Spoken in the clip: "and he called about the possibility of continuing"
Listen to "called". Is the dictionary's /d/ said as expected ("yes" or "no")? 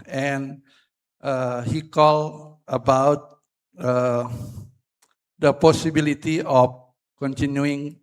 no